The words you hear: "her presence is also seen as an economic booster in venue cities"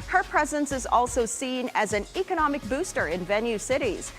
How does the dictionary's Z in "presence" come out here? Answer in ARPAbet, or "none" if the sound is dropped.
Z